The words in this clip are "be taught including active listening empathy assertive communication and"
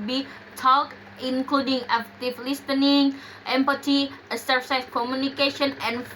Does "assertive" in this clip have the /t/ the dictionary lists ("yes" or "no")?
no